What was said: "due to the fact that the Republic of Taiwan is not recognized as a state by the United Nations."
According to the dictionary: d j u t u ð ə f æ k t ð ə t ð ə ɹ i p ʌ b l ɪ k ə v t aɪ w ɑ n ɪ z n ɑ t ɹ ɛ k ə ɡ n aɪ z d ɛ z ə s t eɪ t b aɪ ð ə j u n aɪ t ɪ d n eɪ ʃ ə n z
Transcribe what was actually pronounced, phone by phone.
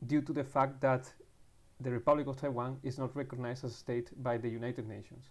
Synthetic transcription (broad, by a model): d j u t u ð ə f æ k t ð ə t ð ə ɹ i p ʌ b l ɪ k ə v t aɪ w ɑ n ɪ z n ɑ t ɹ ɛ k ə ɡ n aɪ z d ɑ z ə s t eɪ t b aɪ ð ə j u n aɪ t ɪ d n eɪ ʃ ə n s